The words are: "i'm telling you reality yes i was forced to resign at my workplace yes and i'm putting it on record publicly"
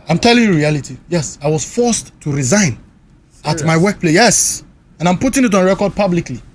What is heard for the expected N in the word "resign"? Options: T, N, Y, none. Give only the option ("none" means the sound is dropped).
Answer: N